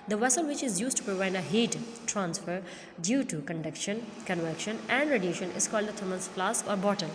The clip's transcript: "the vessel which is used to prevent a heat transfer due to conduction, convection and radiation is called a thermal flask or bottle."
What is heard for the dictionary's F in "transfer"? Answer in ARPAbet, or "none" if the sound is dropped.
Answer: F